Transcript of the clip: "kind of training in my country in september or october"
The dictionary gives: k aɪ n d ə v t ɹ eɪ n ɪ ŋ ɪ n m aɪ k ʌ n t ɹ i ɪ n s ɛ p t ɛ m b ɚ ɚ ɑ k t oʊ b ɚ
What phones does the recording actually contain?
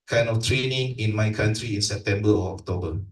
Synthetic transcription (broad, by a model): k aɪ n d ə f t ɹ eɪ n ɪ ŋ ɪ n m aɪ k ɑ n t ɹ i ɪ n s ɛ p t ɛ m b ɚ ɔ ɑ k t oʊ b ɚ